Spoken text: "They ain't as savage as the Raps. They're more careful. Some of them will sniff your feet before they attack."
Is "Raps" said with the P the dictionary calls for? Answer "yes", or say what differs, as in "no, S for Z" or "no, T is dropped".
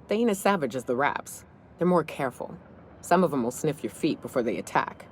yes